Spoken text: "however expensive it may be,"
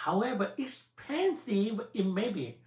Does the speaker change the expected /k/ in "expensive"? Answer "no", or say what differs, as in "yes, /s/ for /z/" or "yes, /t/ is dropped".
yes, /k/ is dropped